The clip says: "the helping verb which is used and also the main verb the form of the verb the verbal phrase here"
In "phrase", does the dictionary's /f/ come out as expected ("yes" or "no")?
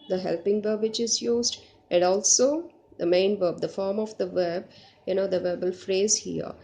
yes